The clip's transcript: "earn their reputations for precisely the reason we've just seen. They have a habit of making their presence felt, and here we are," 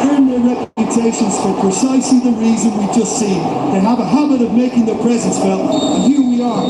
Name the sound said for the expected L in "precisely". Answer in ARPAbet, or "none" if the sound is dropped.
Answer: L